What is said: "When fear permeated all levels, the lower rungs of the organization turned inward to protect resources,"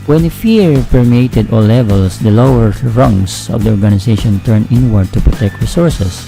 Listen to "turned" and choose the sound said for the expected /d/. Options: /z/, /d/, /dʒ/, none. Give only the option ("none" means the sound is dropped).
none